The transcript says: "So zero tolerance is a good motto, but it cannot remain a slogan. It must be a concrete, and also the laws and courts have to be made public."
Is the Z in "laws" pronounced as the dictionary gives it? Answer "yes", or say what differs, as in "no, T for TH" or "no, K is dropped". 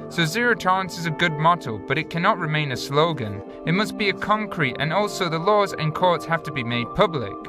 yes